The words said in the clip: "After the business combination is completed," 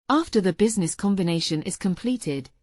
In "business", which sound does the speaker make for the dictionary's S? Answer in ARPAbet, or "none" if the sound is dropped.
S